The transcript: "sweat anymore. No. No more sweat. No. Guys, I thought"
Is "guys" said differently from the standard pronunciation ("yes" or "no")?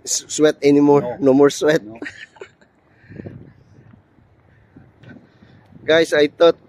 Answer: yes